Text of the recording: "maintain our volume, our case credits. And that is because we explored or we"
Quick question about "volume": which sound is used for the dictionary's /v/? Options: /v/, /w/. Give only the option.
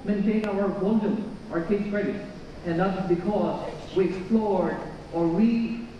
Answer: /w/